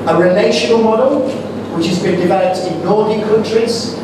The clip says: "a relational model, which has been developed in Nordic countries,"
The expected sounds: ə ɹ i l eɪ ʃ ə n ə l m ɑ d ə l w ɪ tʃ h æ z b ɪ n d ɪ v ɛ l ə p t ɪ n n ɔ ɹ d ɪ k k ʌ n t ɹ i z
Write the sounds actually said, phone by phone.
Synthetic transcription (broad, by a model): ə ɹ i l eɪ ʃ ə n ə l m ɑ d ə l w ɪ tʃ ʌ z b ɪ n d ɪ v ɛ l ə p t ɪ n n ɔ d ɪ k k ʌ n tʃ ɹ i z